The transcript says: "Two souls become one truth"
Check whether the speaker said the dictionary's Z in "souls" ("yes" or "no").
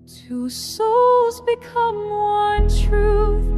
yes